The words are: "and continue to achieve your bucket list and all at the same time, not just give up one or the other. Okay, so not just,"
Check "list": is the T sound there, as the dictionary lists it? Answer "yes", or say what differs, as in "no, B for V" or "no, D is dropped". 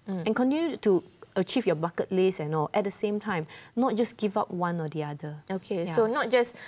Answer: no, T is dropped